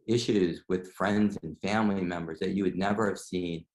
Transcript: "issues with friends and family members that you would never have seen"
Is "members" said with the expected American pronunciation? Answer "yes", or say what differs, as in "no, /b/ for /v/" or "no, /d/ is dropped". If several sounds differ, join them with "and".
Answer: yes